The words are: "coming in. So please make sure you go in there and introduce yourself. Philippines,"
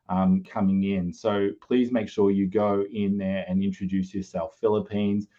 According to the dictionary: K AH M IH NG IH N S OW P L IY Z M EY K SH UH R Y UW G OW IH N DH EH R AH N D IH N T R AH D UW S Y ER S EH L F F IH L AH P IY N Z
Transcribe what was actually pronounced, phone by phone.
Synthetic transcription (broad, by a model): K AH M IH NG IH N S OW P L IY Z M EY K SH UH R Y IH G OW IH N DH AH R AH N IH N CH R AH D UW S Y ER S EH L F F IH L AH P IY N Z